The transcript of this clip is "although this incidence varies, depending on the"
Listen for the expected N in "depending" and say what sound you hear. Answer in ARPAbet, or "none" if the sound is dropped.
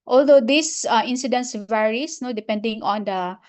N